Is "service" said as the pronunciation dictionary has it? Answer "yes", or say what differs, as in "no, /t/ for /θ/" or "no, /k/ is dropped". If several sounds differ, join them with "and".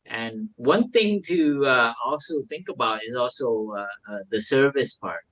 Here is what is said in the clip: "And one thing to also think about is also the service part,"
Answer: yes